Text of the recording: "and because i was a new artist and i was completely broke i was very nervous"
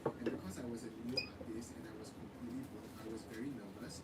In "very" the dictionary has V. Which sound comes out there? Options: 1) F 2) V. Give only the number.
2